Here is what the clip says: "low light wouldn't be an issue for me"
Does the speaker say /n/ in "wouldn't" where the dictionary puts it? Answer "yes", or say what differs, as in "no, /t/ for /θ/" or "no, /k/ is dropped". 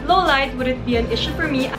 no, /n/ is dropped